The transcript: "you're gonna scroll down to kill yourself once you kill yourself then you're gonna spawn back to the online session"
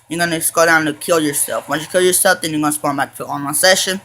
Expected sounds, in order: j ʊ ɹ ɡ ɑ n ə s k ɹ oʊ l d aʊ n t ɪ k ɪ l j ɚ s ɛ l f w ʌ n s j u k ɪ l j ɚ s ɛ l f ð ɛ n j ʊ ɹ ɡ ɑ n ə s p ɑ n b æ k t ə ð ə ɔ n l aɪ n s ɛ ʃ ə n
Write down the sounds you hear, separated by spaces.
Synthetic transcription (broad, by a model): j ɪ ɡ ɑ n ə s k oʊ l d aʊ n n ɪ k ɪ l j ɚ s ɛ l f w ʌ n j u k ɪ l j ɚ s ɛ l f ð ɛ n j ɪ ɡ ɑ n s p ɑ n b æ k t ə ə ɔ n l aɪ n s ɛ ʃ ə n